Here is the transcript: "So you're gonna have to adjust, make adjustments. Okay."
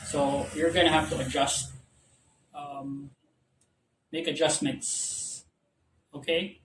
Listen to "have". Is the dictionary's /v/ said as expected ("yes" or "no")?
no